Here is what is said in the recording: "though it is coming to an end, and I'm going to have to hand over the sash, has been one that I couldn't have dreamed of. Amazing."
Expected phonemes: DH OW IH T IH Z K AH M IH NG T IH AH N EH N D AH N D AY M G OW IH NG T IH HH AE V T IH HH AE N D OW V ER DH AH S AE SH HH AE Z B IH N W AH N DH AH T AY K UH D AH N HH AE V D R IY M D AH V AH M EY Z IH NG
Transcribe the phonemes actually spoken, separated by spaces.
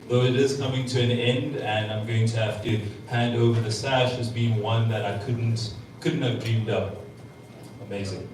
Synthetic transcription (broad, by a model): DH OW IH T IH Z K AH M IH NG T IH AH N EH N D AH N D AY M G OW IH NG T IH HH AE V T IH HH AE N D OW V ER DH AH S AE SH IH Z B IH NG W AH N DH AH T AY K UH D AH N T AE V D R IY M D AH P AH M EY Z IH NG